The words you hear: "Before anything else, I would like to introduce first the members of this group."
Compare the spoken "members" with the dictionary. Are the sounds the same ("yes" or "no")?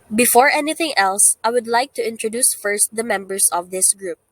no